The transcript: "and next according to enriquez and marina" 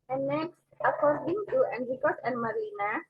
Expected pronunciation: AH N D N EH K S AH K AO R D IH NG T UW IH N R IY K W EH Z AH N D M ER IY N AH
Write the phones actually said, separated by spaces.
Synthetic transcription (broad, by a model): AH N N EH K S AH K AO R D IH NG T UW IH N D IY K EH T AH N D M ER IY N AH